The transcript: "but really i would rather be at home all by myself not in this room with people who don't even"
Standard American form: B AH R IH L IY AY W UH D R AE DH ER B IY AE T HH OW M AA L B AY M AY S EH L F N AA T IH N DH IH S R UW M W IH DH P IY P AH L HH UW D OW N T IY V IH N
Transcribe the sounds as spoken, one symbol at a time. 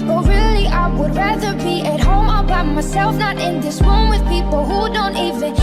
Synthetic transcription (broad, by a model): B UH R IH L IY AY W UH D R AE DH ER B IY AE T HH OW M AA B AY M AY S EH L F N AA T IH N DH IH S W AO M W IH DH P IY P L HH UW D OW N T IY V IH N